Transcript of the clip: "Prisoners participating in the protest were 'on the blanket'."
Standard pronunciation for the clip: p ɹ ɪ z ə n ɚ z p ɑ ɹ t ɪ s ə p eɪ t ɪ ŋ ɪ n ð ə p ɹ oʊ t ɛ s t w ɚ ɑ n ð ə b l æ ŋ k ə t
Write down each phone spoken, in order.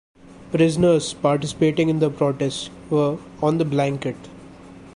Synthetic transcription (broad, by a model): p ɹ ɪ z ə n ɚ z p ɑ ɹ t ɪ s ə p eɪ t ɪ ŋ ɪ n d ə p ɹ oʊ t ɛ s t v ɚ ɑ n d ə b l æ ŋ k ə t